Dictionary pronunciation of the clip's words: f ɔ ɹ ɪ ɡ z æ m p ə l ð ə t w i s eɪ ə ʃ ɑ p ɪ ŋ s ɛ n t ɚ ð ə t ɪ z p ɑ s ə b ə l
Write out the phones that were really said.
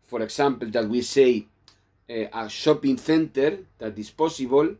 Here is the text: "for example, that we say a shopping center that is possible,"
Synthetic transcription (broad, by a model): f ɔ ɹ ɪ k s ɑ m p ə l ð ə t w i s eɪ ə ʃ ɑ p ɪ ŋ θ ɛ n t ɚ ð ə t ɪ s p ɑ s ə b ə l